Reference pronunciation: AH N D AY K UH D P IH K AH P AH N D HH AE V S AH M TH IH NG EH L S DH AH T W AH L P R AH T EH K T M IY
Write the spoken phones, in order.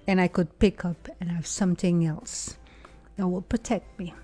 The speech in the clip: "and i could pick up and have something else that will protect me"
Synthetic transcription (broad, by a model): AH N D AY K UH D P IH K AH P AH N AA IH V S AH M TH IH NG EH L S DH AH T W AH L P R AH T EH K T M IY